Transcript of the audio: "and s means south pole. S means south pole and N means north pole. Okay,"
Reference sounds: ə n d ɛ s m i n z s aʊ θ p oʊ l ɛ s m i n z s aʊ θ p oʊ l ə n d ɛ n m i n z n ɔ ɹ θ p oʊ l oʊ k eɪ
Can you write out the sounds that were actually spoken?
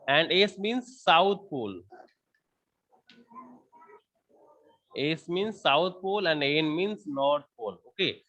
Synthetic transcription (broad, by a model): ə n d ɛ s m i n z s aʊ t p oʊ l ɛ s m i n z s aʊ t p oʊ l ə n d ɛ n m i n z n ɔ ɹ t p oʊ l oʊ k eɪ